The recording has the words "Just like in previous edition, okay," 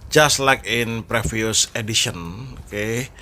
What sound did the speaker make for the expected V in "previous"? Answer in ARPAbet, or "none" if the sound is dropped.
F